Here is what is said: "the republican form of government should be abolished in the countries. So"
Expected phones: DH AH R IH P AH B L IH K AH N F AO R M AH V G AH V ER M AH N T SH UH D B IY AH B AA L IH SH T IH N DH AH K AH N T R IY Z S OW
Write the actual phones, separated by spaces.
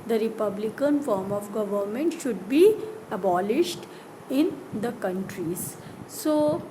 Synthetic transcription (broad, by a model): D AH R IH P AH B L IH K AH N F AO R M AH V G AH V ER M AH N T SH UH D B IY AH B AA L IH SH T IH N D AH K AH N T R IY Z S OW